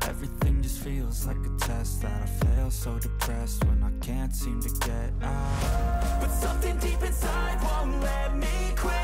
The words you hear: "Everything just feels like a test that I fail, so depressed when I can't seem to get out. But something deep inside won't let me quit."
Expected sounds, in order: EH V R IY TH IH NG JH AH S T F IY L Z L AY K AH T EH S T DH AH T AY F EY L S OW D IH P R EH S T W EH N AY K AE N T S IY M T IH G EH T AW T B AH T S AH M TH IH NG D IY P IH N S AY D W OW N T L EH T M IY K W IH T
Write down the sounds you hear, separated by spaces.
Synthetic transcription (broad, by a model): EH V R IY TH IH NG JH AH S T F IY L Z L AY K AH T EH S T DH AH T AY F EY L S OW D IH P R EH S T W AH N AY K AE N T S IY M T IH G EH T AW T B AH T S AH M TH IH NG D IY P IH N S AY D W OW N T L EH T M IY K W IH